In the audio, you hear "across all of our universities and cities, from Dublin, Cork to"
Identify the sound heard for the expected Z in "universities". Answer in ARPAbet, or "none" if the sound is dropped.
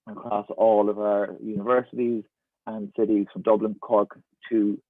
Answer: Z